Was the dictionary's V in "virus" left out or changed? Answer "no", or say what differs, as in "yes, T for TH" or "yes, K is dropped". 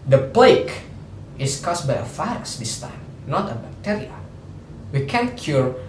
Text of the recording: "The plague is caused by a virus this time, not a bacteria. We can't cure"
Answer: yes, F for V